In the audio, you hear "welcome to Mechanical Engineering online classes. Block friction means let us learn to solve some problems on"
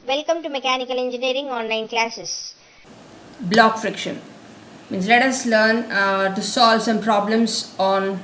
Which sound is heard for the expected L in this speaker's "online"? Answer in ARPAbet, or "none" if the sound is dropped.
none